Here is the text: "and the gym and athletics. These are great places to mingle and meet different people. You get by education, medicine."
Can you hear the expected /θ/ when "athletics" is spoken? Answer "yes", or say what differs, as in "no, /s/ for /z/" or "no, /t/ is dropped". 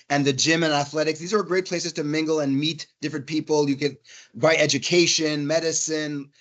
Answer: yes